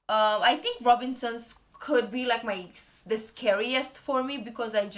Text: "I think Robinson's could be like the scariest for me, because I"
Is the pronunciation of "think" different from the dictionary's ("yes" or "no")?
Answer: yes